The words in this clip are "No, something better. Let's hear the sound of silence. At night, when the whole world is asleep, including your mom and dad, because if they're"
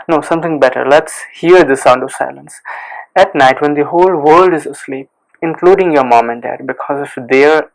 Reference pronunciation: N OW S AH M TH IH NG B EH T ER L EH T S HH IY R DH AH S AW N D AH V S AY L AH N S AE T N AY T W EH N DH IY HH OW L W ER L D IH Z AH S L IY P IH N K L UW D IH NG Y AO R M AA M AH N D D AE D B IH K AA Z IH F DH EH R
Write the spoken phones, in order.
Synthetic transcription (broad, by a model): N OW S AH M T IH NG B EH T ER L EH T S HH IY R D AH S AW N D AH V S AY L AH N S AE T N AY T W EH N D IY HH OW L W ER L D IH Z AH S L IY P IH N K L UW D IH NG Y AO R M AA M AH N D D AE D B IH K AA Z IH F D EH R